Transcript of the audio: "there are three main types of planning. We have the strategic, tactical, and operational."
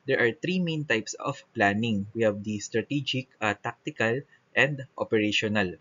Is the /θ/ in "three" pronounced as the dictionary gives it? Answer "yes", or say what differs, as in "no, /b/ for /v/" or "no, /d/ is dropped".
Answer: no, /t/ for /θ/